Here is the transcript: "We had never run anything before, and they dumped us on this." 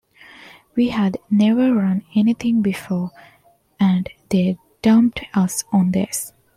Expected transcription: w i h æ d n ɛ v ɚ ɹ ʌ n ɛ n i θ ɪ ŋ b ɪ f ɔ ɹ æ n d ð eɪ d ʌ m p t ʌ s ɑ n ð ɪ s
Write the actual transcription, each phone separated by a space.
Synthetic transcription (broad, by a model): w i h æ d n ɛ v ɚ ɹ ʌ n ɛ n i t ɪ ŋ b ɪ f ɔ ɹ æ n d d eɪ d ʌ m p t ʌ s ɑ n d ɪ s